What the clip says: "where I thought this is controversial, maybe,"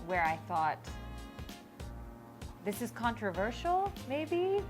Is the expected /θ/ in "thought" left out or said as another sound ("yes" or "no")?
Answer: no